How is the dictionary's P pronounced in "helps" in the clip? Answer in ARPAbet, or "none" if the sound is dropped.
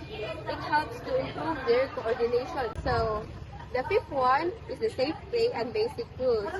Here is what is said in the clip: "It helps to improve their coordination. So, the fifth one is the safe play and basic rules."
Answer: P